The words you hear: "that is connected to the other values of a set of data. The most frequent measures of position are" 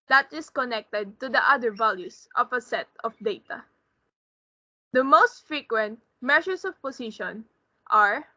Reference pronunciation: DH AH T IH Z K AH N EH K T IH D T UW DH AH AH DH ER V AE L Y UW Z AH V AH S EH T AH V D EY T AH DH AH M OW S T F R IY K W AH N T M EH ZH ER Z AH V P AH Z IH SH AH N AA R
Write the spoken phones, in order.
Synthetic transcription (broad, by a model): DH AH T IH S K AH N EH K T IH D T UW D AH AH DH ER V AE L Y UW S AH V AH S EH T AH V D EY T AH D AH M OW S T F R IY K W AH N T M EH SH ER S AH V P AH S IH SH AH N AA R